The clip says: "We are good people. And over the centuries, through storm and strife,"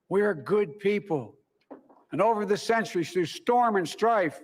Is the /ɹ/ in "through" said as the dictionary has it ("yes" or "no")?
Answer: no